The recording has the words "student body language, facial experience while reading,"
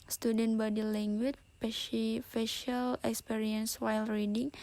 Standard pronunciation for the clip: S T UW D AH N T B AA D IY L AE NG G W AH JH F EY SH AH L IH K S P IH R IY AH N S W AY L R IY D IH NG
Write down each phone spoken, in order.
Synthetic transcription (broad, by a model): S T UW D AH N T B AA D IY L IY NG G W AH SH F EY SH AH L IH K S P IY R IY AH N S W AY L R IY D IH NG